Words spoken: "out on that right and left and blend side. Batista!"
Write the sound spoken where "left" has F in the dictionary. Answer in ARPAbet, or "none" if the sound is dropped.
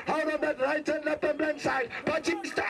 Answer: P